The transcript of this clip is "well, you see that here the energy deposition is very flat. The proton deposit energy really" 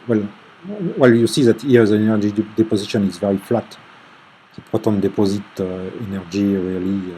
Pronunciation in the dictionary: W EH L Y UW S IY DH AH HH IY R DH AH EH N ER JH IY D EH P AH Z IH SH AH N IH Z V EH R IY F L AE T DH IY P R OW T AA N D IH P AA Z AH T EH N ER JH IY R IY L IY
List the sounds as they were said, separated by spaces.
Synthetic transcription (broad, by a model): W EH L Y UW S IY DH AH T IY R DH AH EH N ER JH IY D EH P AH Z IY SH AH N IH Z V EH R IY F L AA T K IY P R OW T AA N D IH P AA Z AH T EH N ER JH IY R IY L IY